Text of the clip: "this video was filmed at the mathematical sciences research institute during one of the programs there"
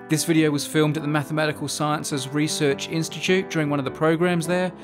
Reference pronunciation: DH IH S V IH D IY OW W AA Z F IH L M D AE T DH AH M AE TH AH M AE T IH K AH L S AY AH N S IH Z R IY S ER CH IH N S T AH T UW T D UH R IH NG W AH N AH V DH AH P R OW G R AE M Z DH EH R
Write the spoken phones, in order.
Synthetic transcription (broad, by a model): DH IH S V IH D IY OW W AA Z F IH L M D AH T DH AH M AE TH AH M AE T IH K AH L S AY AH N S IH Z R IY S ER CH IH N S T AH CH UW T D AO R IH NG W AH N AH V DH AH P R OW G R AE M Z DH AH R